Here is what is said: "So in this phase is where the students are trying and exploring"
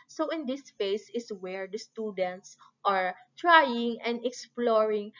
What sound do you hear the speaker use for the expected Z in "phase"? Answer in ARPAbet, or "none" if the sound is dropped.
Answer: S